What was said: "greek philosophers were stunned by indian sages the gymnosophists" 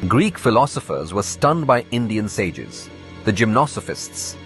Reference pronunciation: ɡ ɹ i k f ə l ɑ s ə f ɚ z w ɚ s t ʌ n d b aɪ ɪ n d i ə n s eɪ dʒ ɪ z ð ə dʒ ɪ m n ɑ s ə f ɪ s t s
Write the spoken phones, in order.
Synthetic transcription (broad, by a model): ɡ ɹ i k f ə l ɑ s ə f ɚ z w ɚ s t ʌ n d b aɪ ɪ n d i ə n s eɪ dʒ ɪ z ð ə dʒ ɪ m n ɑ s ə f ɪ s t s